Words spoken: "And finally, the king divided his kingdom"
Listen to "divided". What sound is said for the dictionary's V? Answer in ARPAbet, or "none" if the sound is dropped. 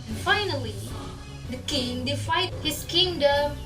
F